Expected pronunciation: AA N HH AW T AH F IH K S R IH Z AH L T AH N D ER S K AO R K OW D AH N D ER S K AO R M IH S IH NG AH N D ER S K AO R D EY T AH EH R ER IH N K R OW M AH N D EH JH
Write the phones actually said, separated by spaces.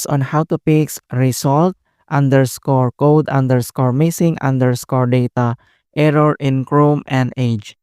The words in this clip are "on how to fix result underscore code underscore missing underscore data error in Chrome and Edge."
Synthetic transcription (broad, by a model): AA N HH AW T AH P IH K S R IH S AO L T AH N D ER S K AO R K OW D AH N D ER S K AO R M IH S IH NG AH N D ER S K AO R D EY T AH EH R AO IH N K R OW M AH N D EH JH